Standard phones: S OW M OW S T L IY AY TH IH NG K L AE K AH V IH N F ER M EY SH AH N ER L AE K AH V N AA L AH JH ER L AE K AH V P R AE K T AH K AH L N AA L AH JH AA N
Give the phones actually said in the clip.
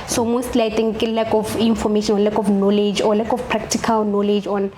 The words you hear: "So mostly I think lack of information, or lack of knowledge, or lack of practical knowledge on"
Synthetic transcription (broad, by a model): S OW M OW S T L IY AY T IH NG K L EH K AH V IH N F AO M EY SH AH N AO L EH K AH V N AA L AH JH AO L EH K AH F P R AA K T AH K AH L N AA L AH JH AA N